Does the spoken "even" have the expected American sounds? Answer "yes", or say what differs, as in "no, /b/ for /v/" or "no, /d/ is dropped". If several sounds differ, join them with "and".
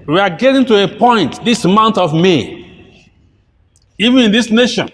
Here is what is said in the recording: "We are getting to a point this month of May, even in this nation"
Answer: yes